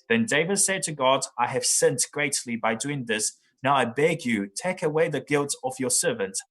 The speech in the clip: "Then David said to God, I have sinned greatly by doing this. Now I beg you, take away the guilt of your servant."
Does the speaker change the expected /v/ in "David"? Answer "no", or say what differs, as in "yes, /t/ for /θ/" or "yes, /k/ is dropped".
no